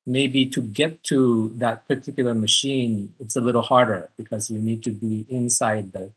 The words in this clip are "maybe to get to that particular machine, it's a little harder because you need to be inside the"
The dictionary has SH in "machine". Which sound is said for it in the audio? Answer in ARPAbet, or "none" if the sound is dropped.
SH